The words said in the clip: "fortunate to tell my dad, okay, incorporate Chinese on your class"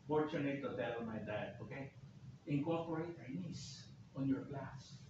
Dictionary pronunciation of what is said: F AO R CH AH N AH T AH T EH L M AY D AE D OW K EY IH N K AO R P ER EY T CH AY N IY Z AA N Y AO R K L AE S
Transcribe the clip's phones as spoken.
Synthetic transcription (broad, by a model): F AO R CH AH N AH T AH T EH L M AY D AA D OW K EY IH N K AO R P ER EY T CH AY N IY S AA N Y AO R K L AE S